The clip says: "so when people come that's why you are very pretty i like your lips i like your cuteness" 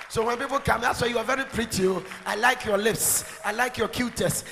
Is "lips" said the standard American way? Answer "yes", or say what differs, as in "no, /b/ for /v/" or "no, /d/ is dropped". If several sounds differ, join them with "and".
yes